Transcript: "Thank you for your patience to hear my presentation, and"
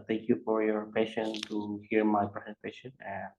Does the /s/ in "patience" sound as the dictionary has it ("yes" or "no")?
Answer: no